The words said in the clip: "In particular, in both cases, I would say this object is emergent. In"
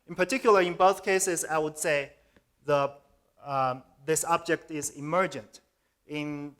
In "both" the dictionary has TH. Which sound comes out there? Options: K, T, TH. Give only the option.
TH